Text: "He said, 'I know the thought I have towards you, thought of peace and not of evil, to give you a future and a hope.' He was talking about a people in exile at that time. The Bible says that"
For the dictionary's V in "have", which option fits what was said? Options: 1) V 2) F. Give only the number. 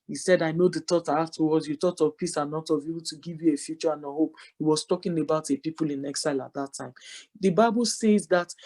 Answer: 2